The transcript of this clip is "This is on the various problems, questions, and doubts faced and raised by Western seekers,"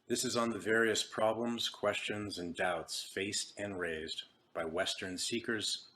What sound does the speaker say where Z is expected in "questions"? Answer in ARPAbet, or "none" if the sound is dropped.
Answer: Z